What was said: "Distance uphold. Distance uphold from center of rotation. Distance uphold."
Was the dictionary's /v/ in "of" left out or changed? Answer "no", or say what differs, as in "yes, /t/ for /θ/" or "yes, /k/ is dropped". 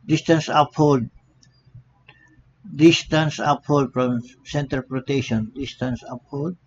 yes, /p/ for /v/